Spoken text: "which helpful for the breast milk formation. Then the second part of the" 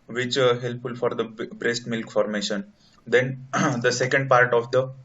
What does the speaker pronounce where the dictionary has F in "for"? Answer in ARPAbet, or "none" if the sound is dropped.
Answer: F